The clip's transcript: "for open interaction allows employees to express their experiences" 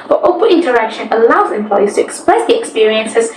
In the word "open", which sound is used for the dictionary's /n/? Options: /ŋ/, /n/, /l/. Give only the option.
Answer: /l/